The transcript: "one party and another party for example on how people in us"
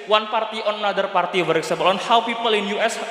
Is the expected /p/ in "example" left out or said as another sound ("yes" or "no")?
yes